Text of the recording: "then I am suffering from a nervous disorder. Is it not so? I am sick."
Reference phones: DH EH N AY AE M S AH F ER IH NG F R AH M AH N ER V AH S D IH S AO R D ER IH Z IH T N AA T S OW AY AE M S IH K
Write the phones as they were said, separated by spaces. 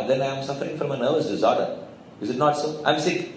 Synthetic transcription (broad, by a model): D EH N AY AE M S AH F ER IH NG F R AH M AH N ER V AH S D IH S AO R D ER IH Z IH T N AA T S OW AY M S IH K